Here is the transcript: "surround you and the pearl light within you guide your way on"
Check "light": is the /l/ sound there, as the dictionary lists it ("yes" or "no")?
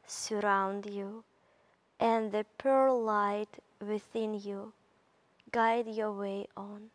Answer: yes